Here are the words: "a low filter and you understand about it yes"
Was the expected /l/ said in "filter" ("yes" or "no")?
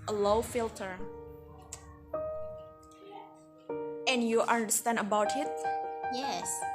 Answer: yes